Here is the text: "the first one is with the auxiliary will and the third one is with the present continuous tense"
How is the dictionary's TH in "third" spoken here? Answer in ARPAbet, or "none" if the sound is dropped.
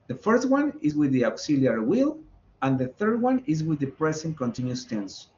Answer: TH